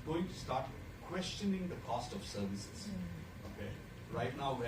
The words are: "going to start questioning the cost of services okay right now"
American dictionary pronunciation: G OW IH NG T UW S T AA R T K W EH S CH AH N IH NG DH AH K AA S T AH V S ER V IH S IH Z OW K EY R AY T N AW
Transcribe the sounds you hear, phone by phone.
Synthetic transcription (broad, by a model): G OW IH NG T UW S T AA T K W EH S CH AH N IH NG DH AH K AA S T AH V S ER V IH S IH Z OW K EY R AY T N AW